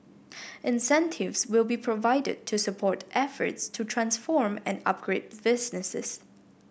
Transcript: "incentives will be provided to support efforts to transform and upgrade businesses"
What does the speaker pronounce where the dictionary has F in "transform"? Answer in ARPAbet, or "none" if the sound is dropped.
F